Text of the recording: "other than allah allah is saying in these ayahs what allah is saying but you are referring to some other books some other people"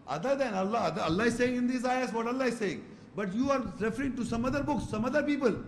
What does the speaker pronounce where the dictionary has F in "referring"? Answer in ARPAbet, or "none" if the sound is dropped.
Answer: F